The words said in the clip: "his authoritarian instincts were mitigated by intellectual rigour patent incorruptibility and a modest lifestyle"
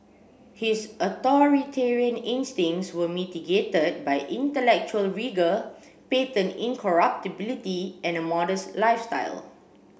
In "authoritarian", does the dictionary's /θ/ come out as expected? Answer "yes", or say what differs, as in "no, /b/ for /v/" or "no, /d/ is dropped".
no, /t/ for /θ/